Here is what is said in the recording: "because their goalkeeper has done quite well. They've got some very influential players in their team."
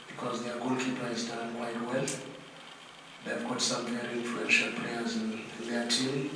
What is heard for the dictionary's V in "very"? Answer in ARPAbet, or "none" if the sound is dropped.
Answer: P